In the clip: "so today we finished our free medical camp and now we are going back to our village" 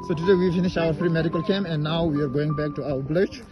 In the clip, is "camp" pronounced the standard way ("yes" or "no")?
no